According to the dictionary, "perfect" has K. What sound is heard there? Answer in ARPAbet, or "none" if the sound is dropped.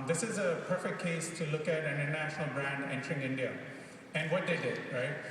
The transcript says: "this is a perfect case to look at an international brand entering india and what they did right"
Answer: K